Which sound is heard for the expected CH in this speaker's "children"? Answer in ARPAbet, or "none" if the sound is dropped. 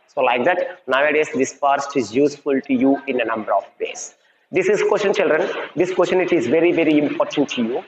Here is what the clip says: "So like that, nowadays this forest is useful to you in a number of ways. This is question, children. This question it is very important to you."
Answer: CH